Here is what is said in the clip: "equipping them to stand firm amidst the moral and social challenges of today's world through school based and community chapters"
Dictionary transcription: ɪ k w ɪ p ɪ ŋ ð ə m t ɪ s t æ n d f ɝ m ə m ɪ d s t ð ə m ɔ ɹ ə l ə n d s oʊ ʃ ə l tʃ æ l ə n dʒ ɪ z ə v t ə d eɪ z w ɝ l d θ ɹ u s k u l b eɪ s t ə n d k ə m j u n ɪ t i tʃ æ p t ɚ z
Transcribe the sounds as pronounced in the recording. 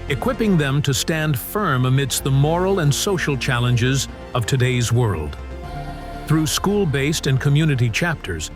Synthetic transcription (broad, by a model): ɪ k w ɪ p ɪ ŋ ð ə m t ɪ s t æ n d f ɝ m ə m ɪ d s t ð ə m ɔ ɹ l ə n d s oʊ ʃ l tʃ æ l ə n dʒ ɪ z ə v t ə d eɪ z w ɝ l d θ ɹ u s k u l b eɪ s t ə n k ə m j u n ɪ t i tʃ æ p t ɚ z